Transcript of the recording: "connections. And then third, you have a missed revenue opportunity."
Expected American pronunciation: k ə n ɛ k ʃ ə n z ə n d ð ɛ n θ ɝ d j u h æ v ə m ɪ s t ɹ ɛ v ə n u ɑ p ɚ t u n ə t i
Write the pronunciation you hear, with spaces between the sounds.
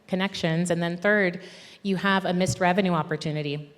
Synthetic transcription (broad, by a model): k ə n ɛ k ʃ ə n z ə n ð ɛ n θ ɝ d j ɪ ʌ v ə m ɪ s t ɹ ɛ v ə n u ɑ p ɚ t u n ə t i